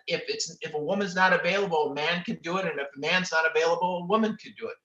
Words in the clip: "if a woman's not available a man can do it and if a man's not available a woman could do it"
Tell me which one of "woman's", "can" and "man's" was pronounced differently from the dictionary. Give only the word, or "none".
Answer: none